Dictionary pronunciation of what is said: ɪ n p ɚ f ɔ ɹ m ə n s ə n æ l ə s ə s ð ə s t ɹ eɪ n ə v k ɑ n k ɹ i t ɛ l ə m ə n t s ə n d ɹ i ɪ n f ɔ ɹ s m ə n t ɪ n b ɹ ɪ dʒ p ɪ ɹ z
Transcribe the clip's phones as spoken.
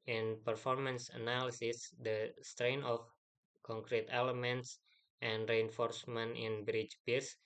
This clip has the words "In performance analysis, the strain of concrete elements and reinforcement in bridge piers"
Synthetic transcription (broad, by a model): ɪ n p ɚ f ɔ ɹ m ə n s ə n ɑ l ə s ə s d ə s t ɹ eɪ n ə f k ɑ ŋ k ɹ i t ɛ l ə m ə n t s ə n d ɹ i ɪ n f ɔ ɹ s m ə n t ɪ n b ɹ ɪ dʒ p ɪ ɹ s